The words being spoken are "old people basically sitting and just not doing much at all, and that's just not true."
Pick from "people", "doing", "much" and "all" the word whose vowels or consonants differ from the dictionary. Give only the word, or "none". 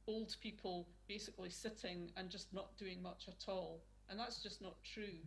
none